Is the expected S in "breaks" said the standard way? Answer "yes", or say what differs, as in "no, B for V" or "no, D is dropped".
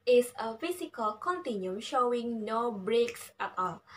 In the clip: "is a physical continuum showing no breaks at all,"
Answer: yes